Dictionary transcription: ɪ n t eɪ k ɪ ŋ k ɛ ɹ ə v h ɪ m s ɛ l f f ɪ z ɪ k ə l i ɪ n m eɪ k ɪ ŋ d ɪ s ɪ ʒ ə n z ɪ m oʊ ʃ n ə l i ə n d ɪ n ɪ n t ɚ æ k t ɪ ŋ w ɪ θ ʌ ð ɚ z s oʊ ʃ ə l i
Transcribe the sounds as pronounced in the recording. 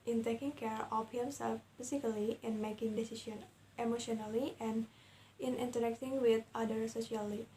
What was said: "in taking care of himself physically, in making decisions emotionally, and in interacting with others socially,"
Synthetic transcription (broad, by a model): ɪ n t eɪ k ɪ ŋ k ɛ ɹ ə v h ɪ m s ɛ l f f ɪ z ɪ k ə l i ɪ n m eɪ k ɪ ŋ d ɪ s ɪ s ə n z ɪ m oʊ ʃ n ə l i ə n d ɪ n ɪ n t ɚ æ k t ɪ ŋ w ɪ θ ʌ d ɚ s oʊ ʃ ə l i